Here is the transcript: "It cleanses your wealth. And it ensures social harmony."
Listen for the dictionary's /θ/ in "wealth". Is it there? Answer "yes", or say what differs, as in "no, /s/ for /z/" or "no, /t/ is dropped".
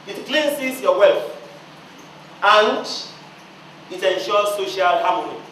no, /f/ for /θ/